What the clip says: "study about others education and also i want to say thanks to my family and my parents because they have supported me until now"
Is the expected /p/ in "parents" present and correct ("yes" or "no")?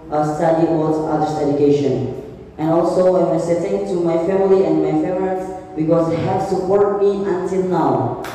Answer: no